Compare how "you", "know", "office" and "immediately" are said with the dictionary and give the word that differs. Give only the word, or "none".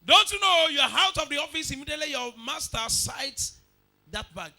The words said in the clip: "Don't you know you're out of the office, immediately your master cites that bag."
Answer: none